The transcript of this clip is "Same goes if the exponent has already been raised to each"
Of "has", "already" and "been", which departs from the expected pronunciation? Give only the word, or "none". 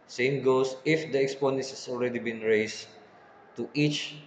has